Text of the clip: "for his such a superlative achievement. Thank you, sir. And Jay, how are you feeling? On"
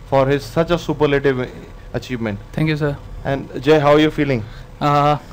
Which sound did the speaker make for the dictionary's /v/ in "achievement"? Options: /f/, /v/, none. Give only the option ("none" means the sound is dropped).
/v/